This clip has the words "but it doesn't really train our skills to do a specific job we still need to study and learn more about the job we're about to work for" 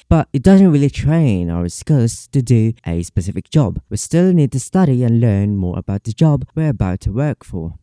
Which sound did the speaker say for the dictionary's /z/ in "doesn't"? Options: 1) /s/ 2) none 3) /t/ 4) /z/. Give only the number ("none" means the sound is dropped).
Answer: 4